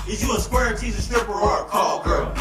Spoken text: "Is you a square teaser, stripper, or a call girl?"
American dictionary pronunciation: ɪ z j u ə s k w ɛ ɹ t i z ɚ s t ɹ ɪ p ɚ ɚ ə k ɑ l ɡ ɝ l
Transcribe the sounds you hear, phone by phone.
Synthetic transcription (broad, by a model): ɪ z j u ə s k w ɛ ɹ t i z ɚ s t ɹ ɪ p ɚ ɚ ə k ɑ l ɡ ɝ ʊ